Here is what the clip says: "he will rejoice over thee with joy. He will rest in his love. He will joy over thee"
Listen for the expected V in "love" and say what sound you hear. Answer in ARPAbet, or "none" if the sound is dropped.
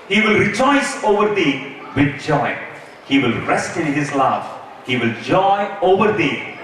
F